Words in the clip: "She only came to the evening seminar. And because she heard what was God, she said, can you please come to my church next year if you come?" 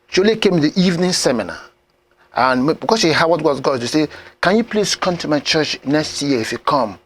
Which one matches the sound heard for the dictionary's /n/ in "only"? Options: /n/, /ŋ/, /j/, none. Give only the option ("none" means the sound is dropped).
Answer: none